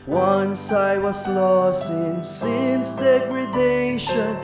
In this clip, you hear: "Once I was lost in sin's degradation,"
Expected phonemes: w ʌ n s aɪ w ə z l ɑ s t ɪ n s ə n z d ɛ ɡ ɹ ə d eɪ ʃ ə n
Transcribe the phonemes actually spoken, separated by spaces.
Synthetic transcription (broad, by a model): w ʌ n s aɪ w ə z l ɑ s t ɪ n s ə n s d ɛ ɡ ɹ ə d eɪ ʃ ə n